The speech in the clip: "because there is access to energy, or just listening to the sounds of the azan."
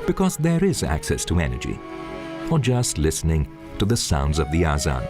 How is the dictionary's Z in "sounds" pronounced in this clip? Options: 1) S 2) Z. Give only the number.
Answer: 2